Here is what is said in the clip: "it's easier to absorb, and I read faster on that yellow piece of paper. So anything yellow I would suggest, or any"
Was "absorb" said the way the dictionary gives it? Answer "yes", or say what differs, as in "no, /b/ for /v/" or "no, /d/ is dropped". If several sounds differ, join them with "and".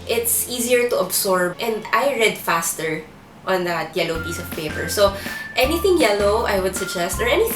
no, /s/ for /z/